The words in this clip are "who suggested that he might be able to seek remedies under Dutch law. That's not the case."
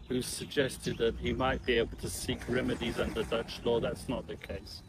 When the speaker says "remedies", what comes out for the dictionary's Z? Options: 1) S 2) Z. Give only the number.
2